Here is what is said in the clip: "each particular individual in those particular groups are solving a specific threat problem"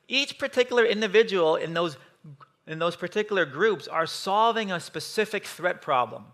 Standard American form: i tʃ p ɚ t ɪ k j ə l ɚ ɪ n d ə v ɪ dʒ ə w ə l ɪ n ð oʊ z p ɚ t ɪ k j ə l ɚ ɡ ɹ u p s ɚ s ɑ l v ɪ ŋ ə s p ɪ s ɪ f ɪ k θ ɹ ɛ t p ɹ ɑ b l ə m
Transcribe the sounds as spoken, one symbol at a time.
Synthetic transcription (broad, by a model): i tʃ p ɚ t ɪ k j l ɚ ɪ n d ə v ɪ dʒ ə w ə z ɪ n ð oʊ z p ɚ t ɪ k j l ɚ ɡ ɹ u p s ɚ s ɑ l v ɪ ŋ ə s p ɪ s ɪ f ɪ k θ ɹ ɛ t p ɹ ɑ b l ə m